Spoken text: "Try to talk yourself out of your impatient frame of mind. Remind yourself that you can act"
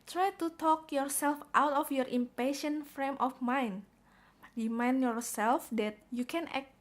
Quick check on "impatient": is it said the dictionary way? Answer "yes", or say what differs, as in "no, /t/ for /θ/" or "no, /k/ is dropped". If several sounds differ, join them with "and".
yes